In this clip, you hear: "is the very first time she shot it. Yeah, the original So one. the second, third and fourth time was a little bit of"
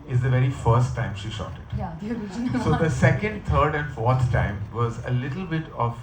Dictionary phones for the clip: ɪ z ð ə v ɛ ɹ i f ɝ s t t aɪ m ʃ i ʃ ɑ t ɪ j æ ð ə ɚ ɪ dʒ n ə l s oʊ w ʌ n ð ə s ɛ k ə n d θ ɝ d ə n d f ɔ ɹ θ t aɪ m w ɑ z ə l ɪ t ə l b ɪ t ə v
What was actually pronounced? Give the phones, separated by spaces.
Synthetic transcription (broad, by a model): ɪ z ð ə v ɛ ɹ i f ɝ s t t aɪ m ʃ i ʃ ɑ t ɪ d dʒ s oʊ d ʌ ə s ɛ k ə n d t ɝ d ə n d f ɔ ɹ t t aɪ m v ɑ z ə l ɪ t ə l b ɪ t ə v